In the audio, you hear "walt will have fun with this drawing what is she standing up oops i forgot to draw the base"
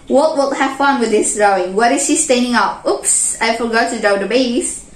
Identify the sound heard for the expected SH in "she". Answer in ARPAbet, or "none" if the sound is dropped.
SH